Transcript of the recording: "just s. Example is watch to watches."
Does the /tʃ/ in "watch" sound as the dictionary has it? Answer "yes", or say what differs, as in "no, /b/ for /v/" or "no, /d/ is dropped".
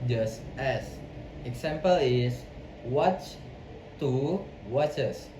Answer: yes